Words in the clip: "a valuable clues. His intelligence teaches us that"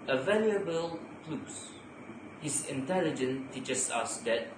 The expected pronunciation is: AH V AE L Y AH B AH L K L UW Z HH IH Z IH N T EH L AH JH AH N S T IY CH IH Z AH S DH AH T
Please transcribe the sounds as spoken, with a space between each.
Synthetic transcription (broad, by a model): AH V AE L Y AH B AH L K L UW S HH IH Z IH N T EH L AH JH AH N T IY CH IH S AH S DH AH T